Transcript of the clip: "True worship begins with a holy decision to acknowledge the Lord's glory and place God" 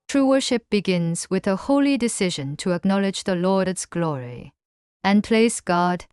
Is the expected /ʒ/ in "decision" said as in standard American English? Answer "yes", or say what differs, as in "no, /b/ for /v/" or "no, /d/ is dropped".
yes